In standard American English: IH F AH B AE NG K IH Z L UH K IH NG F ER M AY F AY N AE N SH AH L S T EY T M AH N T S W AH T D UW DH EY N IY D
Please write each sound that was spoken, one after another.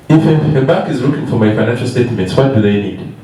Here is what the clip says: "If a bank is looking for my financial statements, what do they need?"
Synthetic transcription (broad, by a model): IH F AH B AE NG K IH Z L UH K IH NG F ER M AY F AY N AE N SH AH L S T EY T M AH T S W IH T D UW DH EY N IY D